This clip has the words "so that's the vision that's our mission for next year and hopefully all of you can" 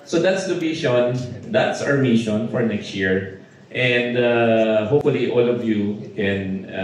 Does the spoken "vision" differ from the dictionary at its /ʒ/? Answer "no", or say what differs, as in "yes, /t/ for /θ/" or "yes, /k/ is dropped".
yes, /ʃ/ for /ʒ/